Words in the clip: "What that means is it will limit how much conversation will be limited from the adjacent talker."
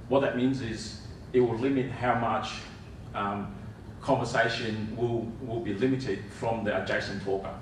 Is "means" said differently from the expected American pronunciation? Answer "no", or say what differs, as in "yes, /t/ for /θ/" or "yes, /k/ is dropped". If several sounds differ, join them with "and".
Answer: no